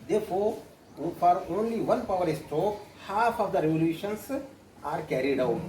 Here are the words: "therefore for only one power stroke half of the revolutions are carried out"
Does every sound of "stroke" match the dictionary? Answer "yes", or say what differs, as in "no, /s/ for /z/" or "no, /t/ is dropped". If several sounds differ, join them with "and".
no, /ɹ/ is dropped